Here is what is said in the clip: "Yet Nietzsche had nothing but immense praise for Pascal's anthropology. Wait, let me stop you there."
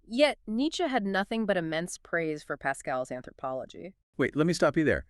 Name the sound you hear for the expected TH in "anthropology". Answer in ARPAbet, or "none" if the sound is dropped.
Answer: TH